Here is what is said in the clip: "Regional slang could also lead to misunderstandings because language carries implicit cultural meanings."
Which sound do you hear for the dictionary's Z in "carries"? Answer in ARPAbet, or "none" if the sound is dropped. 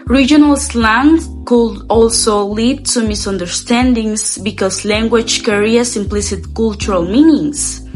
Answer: S